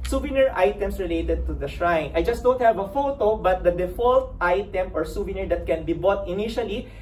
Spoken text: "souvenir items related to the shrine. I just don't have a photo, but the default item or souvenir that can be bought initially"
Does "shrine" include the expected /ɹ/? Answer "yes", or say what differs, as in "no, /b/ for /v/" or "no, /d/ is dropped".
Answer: yes